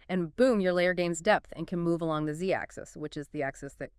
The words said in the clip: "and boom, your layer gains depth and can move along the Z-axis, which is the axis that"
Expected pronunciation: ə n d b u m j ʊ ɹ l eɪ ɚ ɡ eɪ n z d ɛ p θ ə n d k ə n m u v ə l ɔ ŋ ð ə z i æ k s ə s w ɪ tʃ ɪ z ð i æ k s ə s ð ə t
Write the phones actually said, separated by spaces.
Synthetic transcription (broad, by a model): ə n b u m j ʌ ɹ l eɪ ɚ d eɪ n z d ɛ p θ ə n k ə n m u v ə l ɔ ŋ ð ə z i æ k s ə s w ɪ tʃ ɪ z ð i æ k s ə s ð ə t